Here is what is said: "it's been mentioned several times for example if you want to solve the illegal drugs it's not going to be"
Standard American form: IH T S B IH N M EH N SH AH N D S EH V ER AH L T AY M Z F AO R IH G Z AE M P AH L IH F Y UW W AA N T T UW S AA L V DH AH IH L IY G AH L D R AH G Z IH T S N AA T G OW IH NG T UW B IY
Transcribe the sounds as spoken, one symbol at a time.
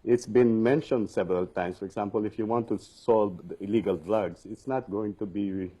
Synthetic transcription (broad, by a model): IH T S B IH N M EH N SH AH N D S EH V ER AH L T AY M S F AO R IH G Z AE M P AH L IH F Y UW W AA N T T UW S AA L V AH IH L IY G AH L D R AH G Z IH T S N AA T G OW IH NG T UW B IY